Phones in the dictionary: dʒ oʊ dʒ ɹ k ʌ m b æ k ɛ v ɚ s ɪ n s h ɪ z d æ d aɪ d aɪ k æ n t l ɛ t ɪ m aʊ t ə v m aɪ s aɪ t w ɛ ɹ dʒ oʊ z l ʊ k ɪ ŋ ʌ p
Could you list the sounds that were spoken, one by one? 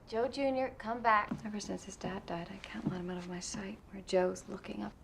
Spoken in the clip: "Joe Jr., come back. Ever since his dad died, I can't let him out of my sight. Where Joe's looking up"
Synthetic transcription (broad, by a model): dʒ oʊ dʒ ɹ k ʌ m b æ k ɛ v ɚ s ɪ n s h ɪ z d æ d aɪ d aɪ k æ n t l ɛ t ɪ m aʊ t ə v m aɪ s aɪ t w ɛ ɹ dʒ oʊ z l ʊ k ɪ ŋ ʌ p